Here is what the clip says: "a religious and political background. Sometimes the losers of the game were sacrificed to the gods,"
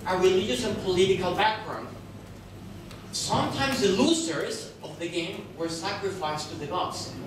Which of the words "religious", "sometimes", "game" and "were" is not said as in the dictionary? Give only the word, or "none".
religious